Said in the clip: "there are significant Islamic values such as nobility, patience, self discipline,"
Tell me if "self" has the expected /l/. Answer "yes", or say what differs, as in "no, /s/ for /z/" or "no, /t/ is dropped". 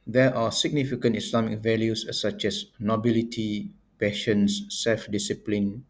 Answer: yes